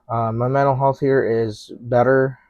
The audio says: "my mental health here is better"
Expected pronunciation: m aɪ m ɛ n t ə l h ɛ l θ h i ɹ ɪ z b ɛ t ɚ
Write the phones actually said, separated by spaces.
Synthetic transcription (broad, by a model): m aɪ m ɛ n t l h ɛ l θ h i ɹ ɪ z b ɛ t ɚ